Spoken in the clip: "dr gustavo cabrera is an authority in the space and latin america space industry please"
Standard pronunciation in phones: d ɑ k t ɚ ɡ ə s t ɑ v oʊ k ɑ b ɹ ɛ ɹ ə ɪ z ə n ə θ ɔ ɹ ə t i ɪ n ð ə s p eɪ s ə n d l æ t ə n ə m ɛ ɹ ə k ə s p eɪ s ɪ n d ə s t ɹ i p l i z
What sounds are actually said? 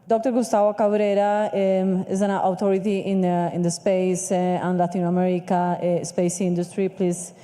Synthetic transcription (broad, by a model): d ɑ k t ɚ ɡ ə s t ɑ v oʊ k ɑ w ɹ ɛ ɹ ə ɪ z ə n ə t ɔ ɹ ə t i ɪ n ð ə s p eɪ s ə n l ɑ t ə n ə m ɛ ɹ ə k ə s p eɪ s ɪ n d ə s t ɹ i p l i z